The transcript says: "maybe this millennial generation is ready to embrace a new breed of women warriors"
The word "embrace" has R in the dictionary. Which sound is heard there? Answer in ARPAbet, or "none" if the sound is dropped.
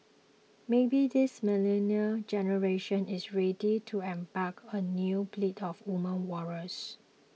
none